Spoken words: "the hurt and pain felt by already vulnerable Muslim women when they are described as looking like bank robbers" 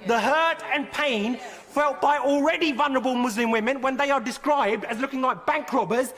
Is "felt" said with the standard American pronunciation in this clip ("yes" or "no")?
yes